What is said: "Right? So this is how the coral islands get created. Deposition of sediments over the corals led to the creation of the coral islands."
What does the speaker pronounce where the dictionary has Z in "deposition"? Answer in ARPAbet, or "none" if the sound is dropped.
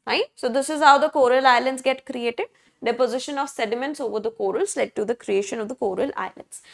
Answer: Z